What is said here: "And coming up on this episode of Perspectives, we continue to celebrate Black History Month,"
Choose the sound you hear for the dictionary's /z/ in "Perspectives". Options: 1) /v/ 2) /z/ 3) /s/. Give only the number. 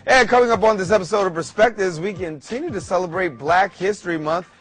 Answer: 2